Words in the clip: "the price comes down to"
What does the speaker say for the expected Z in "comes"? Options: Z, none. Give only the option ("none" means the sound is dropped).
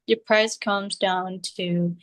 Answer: Z